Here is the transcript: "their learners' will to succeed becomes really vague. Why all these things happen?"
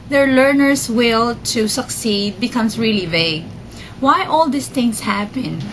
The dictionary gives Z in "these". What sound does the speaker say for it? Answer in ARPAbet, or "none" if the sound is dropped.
S